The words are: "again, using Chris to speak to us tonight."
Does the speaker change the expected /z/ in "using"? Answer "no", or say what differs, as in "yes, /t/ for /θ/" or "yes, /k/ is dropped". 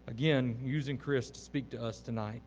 no